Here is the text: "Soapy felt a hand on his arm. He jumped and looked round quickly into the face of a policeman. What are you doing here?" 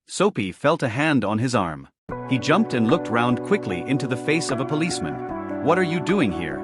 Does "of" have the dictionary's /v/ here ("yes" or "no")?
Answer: yes